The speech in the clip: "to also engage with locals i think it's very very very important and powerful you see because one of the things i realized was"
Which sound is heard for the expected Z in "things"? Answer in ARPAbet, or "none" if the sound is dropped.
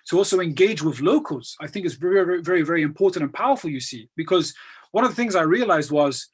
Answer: Z